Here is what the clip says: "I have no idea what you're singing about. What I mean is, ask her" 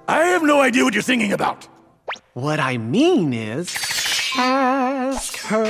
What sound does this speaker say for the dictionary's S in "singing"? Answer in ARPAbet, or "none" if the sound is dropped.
TH